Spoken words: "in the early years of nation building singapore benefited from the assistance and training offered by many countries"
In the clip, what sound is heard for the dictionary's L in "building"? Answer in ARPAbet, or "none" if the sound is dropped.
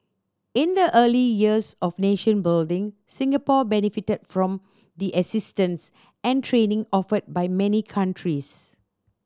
L